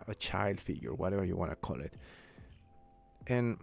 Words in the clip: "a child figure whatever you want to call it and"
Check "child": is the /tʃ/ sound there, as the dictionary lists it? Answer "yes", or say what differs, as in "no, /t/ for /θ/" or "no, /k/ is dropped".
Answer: yes